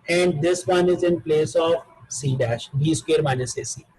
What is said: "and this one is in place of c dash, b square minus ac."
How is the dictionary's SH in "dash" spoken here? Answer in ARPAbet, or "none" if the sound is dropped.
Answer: SH